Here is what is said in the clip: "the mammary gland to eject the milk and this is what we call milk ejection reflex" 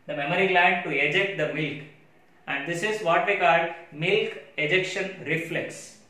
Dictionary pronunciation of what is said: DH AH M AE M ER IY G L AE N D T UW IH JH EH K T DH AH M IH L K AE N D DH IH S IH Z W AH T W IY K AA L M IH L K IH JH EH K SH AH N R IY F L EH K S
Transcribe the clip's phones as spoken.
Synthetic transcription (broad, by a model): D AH M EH M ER IY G L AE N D T UW IH JH EH K T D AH M IH L K AE N D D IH S IH Z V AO T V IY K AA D M IH L K IH JH EH K SH AH N R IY F L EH K S